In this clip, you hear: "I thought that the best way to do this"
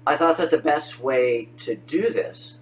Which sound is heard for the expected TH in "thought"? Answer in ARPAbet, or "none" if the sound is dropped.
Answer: TH